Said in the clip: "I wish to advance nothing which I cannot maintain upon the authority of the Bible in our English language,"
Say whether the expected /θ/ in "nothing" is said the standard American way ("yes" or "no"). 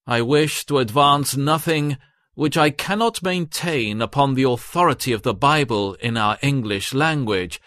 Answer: yes